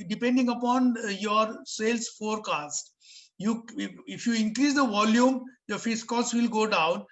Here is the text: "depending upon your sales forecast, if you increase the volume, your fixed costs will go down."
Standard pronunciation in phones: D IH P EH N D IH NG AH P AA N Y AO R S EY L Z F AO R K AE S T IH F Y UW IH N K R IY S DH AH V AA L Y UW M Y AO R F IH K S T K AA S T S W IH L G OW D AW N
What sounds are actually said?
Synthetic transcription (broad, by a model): D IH P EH N D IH NG AH P AA N Y AO R S EY L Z F AO R K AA S T IH F Y UW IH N K R IY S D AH V AA L Y UW M Y AO R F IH S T K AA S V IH L G OW D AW N